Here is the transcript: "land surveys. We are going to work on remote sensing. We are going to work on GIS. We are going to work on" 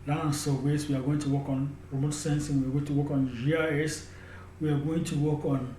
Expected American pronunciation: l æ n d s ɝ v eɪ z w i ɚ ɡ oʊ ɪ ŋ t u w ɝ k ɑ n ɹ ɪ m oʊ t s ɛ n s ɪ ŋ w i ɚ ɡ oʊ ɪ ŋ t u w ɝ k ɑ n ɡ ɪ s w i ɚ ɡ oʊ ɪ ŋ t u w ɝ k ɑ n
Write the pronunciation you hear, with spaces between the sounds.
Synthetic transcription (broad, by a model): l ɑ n s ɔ w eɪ s w i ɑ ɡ oʊ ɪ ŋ t u w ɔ k ɑ n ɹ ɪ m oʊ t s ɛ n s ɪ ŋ w i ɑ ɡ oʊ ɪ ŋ t u w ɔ k ɑ n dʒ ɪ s w i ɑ ɡ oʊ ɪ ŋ t u w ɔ k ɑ n